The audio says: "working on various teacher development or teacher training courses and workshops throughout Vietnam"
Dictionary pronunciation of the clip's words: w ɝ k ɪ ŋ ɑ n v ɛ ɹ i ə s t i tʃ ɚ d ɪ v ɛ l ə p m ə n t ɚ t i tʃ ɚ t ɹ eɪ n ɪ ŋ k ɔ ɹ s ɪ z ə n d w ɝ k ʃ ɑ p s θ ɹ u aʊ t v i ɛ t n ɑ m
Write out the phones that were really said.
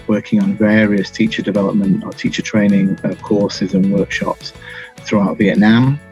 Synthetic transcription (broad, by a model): w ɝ k ɪ ŋ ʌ n v ɛ ɹ i ə s t i tʃ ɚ d ɪ v ɛ l ə p m ə n t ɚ t i tʃ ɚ t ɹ eɪ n ɪ ŋ k ɔ s ɪ z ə n w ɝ k ʃ ɑ p s θ ɹ u aʊ t v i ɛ t n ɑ m